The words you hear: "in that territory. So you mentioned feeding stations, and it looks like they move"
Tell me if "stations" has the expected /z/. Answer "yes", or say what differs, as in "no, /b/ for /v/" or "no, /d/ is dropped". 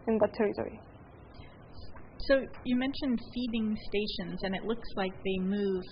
yes